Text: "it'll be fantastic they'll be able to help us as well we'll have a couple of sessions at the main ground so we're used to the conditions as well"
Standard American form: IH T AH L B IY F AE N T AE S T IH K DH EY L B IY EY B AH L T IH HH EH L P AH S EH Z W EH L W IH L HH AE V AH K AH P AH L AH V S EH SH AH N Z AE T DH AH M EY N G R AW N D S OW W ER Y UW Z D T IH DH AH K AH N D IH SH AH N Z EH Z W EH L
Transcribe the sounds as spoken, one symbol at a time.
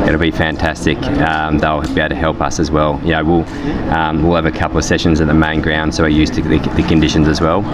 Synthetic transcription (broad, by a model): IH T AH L B IY F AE N T AE S T IH K DH EY L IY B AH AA T IH HH EH L P AH S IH Z W EH L W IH L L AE V AH K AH P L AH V S EH SH AH N Z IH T DH AH M EY N G R AW N D S OW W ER Y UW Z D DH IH DH AH K AH N D IH SH AH N Z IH Z W EH L